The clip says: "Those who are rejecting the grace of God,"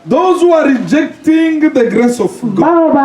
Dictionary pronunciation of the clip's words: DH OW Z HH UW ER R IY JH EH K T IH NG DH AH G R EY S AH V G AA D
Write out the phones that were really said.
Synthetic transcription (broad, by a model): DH OW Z HH UW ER R IY JH EH K T IH NG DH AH G R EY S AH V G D